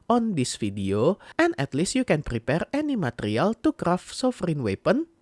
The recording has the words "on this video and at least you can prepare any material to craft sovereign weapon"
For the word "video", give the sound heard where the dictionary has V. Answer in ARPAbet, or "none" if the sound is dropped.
F